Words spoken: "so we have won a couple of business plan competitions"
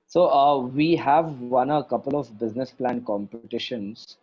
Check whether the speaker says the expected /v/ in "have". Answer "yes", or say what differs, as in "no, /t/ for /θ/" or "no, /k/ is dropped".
yes